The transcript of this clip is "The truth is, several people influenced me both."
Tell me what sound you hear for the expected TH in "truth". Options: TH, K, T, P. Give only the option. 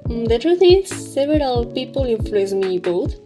T